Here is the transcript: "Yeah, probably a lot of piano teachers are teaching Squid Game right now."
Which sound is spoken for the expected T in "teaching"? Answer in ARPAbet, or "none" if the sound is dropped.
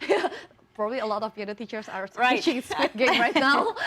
S